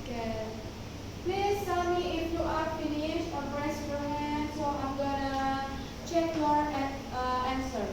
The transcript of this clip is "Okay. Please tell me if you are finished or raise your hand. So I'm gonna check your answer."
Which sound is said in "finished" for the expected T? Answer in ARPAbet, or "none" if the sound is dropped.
none